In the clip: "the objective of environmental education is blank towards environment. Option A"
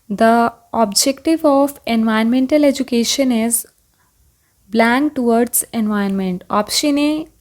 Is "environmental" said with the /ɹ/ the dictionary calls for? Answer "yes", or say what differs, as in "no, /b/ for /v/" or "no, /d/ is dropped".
no, /ɹ/ is dropped